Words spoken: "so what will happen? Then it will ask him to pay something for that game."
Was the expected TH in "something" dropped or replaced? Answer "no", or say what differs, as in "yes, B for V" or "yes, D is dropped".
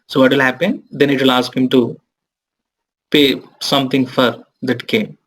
yes, T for TH